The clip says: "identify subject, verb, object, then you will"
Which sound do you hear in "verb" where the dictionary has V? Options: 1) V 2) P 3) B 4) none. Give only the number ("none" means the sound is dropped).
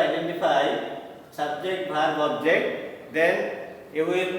3